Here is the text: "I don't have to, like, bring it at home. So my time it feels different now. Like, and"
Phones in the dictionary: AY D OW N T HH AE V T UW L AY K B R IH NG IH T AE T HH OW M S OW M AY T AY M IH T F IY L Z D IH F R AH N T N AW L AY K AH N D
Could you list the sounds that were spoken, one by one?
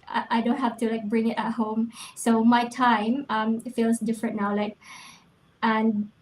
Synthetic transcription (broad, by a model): AY D OW N T HH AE F T UW L AY K B R IH NG IH T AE T HH OW M S OW M AY T AY M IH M F IY L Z D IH F R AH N N AW L AY K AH N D